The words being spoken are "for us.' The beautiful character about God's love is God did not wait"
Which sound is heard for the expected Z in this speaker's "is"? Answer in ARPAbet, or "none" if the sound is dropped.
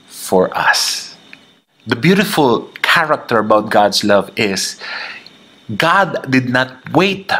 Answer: S